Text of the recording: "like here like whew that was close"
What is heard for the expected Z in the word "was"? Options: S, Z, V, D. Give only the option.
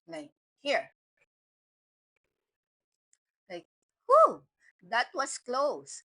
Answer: S